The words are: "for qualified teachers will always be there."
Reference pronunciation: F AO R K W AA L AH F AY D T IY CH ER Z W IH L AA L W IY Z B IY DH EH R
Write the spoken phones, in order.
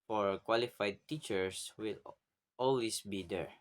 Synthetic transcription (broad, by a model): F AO R K W AA L AH F AY D T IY CH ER S W IH L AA L W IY S B IY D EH R